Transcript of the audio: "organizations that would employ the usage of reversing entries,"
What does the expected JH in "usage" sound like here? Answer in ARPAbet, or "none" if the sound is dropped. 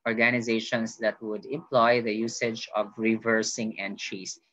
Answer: JH